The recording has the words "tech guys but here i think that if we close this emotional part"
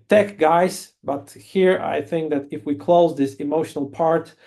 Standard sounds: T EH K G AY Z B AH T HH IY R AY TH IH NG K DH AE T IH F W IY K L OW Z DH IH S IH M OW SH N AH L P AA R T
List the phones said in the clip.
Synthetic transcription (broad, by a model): T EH K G AY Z B AH T HH IY R AY TH IH NG K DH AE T IH F W IY K L OW Z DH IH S IH M OW SH N AH L P AA R T